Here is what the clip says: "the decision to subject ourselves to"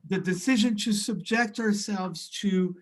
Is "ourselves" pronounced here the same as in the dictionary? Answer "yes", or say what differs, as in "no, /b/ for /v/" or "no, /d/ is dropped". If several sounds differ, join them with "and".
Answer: yes